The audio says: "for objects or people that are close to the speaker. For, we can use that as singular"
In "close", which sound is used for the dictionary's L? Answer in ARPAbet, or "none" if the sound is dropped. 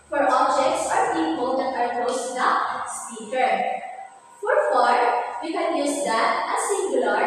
none